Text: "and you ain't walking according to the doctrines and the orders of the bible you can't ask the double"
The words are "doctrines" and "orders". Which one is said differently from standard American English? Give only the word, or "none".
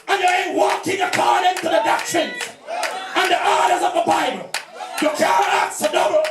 none